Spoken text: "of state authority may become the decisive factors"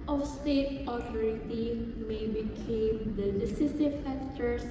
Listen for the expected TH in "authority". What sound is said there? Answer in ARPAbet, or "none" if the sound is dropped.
T